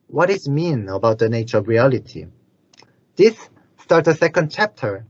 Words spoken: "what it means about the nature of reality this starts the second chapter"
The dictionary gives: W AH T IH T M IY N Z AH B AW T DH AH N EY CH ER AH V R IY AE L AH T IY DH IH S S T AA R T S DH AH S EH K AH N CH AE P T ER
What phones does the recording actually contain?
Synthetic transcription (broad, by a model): W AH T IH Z M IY N AH B AW T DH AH N EY CH ER AH V R IY AE L AH T IY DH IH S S T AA R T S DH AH S EH K AH N CH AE P T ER